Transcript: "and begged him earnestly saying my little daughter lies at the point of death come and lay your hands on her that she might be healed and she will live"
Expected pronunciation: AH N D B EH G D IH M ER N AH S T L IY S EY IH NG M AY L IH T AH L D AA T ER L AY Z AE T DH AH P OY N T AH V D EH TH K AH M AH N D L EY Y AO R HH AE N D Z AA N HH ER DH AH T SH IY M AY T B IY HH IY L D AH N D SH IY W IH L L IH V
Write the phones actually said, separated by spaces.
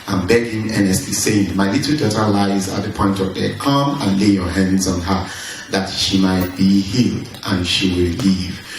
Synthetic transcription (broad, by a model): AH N B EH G IH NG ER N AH S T IY S EY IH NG M AY L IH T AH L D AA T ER L AY Z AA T DH AH P OY N T AH V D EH K AH M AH N L EY Y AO HH AE N D Z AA N HH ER DH AH T SH IY M AY T B IY HH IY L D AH N SH IY W IH L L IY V